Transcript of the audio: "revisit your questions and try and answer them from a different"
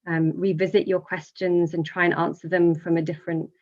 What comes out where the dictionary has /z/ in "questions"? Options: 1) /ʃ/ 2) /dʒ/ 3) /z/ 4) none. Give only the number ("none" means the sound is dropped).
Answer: 3